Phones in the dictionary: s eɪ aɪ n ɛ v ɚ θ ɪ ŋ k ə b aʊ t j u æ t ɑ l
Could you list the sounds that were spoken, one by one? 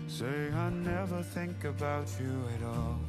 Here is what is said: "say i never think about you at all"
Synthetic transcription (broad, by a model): s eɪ aɪ n ɛ v ɚ θ ɪ ŋ k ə b aʊ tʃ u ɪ t ɑ l